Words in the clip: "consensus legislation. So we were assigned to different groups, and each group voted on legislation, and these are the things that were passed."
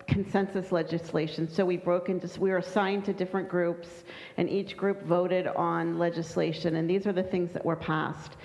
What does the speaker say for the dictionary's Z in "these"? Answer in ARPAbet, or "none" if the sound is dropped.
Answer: Z